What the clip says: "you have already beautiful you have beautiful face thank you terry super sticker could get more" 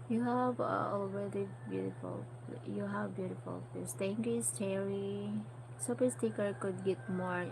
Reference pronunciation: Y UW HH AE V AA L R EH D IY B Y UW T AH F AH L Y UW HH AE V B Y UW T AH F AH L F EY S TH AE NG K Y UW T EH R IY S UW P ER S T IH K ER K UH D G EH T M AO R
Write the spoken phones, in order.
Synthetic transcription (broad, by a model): Y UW HH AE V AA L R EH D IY B Y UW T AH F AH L Y UW HH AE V B Y UW T AH F AH L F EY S T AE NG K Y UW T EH R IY S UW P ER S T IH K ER K UH D G EH T M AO R